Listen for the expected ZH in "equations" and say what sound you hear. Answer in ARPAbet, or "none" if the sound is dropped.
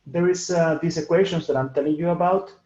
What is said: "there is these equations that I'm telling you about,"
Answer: SH